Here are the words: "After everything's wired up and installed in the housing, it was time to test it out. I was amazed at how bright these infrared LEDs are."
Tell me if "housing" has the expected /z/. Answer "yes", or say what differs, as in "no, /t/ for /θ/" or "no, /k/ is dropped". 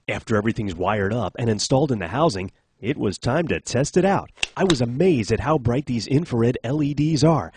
yes